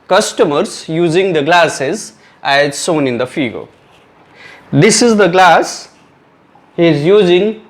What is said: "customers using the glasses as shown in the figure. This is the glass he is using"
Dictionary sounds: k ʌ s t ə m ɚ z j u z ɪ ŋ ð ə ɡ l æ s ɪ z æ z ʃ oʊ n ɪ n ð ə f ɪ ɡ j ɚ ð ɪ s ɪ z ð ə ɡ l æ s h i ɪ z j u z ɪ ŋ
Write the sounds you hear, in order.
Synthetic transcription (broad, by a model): k ʌ s t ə m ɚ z j u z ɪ ŋ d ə ɡ l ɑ s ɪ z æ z s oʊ n ɪ n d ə f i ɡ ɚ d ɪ s ɪ z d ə ɡ l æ s h i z j u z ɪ ŋ